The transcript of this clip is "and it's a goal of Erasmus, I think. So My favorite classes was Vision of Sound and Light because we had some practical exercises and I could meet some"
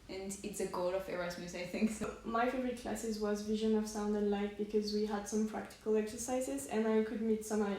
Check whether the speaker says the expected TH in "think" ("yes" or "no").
yes